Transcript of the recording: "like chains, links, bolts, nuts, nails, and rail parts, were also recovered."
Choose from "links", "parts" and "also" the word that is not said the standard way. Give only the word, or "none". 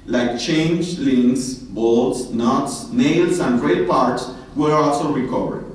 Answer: links